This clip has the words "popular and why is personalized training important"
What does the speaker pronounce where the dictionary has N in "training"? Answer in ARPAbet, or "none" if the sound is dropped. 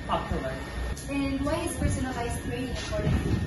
none